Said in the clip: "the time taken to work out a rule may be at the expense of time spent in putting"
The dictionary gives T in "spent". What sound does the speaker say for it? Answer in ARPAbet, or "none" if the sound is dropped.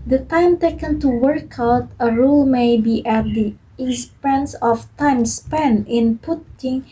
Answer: none